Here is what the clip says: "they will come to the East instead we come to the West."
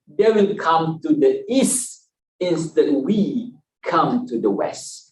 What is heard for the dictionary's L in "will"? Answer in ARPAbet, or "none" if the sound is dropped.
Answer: N